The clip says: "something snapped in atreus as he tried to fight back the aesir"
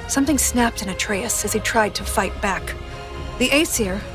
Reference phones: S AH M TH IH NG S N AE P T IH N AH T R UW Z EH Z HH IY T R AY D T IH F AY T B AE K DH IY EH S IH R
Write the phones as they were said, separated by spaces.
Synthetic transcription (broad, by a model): S AH M TH IH NG S N AE P T IH N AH T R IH S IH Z IY T R AY D T IH F AY T B AE K DH IY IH S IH R